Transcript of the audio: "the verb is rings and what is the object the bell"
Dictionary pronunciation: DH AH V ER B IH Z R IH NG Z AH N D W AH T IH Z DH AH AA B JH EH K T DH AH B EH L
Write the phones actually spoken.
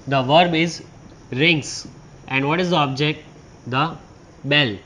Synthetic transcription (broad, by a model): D AH V ER B IH Z R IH NG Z AH N D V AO T IH Z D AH AA B JH EH K T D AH B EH L